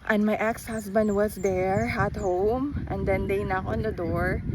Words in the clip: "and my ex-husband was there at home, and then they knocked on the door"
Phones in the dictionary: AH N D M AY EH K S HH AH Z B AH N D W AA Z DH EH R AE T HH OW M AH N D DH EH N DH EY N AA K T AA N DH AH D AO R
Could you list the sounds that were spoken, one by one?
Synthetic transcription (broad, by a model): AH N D M AY EH K S HH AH S B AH N D W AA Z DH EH R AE T HH OW M AH N D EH N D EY N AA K AA N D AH D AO R